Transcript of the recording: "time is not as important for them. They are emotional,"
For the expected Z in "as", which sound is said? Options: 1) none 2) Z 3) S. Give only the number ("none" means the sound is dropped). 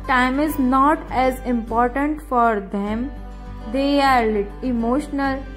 2